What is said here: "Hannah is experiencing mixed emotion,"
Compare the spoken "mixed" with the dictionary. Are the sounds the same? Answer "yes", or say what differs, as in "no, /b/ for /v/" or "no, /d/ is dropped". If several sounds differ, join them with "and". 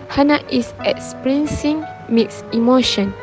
no, /t/ is dropped